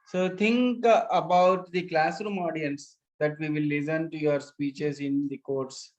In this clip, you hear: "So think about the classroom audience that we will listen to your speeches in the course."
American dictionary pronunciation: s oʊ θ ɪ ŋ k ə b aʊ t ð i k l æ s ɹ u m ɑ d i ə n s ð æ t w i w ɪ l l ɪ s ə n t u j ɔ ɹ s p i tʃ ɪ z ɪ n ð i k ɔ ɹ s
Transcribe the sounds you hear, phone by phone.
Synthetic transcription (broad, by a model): s oʊ t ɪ ŋ k ə b aʊ t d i k l æ s ɹ u m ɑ d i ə n s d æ t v i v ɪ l l ɪ s ə n t u j ɔ ɹ s p i tʃ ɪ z ɪ n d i k ɔ ɹ s